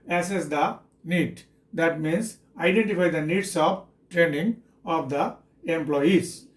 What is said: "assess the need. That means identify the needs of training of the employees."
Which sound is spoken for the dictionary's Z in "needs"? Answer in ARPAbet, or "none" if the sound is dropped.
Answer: S